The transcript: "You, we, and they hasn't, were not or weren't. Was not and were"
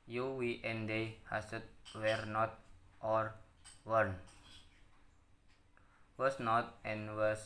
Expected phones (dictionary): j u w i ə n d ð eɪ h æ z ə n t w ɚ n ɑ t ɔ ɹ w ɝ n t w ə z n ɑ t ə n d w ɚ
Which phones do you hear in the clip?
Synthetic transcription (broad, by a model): j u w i ə n d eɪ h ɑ s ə t w ɚ n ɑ t ɔ ɹ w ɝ n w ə s n ɑ t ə n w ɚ